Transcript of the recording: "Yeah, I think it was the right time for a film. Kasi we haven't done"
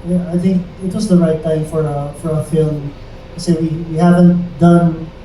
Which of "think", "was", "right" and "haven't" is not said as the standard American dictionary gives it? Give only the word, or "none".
none